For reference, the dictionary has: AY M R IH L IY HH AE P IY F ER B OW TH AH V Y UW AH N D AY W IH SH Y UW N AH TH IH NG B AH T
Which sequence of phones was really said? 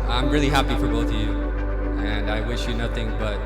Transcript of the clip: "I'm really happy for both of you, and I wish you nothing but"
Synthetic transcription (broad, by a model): AY M R IH L IY HH AE P IY F ER B OW TH AH V Y UW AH N AY W IH SH Y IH N AH TH IH NG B AH T